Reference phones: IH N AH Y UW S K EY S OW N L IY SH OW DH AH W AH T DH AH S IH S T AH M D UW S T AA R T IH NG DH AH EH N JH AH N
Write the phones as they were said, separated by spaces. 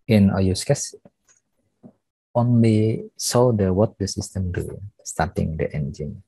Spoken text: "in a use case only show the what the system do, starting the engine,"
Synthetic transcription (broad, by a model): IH N AH Y UW S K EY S OW N L IY S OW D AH W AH T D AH S IH S T AH M D UW S T AA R T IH NG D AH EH N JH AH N